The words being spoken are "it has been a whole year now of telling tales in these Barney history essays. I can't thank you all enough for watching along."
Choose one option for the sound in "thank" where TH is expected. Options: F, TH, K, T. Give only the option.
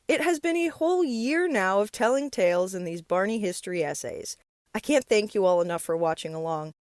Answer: TH